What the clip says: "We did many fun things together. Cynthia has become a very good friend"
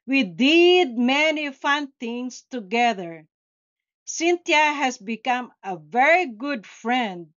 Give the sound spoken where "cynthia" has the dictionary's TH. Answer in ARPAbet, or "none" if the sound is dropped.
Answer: T